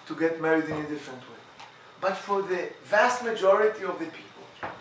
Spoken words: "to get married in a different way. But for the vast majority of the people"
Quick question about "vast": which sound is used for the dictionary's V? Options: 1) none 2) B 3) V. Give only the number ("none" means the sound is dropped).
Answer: 3